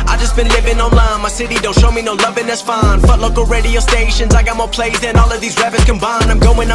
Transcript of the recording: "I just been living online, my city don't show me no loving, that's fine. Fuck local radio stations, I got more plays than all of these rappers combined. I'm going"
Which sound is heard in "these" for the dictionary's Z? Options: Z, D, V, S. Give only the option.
Z